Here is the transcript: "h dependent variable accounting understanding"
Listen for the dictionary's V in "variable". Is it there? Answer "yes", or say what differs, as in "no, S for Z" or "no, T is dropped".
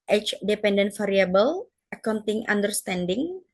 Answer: no, F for V